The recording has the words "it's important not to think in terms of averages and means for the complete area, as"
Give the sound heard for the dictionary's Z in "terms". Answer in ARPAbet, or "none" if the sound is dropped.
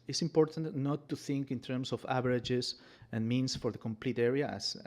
S